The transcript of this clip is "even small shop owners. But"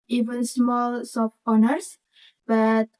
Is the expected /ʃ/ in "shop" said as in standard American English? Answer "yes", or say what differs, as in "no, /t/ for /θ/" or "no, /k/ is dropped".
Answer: no, /s/ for /ʃ/